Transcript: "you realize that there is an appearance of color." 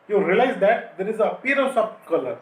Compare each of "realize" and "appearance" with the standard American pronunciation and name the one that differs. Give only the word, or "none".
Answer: appearance